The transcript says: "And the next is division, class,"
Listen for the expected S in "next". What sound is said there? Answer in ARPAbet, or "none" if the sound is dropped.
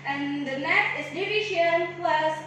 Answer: none